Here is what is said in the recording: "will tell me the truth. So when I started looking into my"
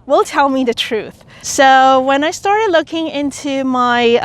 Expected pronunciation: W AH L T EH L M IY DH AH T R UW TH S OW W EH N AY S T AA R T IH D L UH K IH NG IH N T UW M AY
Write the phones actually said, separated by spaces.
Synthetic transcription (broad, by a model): W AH L T EH L M IY DH AH T R UW TH S OW W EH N AY S T AA R T IH D L UH K IH NG IH N T UW M AY